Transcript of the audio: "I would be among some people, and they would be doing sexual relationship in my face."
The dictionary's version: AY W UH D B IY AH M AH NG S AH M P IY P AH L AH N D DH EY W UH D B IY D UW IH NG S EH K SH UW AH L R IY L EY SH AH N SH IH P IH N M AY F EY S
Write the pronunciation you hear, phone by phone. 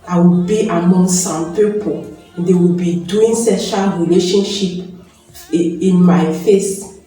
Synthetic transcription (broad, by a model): AY W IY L B IY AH M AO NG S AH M P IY P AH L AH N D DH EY W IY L B IY D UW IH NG S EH SH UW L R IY L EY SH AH N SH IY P IH N M AY F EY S